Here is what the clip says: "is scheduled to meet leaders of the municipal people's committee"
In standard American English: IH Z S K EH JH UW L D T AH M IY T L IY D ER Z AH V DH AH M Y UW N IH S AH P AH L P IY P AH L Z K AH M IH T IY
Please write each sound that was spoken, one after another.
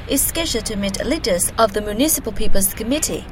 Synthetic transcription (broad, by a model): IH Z S K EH ZH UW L T AH M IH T L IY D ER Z AH V DH AH M Y UW N IH S AH P AH L P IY P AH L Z K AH M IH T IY